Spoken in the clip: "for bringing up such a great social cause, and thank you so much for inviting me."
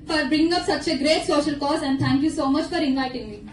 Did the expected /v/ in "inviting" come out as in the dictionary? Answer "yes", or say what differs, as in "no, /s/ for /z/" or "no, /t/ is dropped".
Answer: no, /v/ is dropped